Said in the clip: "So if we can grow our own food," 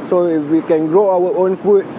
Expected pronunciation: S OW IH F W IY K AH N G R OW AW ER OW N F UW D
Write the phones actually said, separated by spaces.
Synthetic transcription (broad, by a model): S OW IH F W IY K AH N G R OW AW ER OW N F UW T